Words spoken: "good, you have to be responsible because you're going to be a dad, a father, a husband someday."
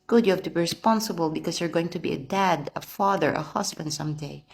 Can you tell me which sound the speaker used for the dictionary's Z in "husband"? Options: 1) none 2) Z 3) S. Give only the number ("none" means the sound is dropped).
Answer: 3